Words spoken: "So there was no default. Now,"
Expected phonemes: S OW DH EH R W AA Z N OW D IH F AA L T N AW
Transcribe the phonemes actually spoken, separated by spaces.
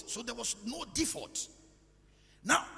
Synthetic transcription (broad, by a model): S OW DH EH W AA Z N OW D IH F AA T N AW